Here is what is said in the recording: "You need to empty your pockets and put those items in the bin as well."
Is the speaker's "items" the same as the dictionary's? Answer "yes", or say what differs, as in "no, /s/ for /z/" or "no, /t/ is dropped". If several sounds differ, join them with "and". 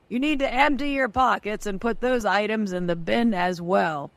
yes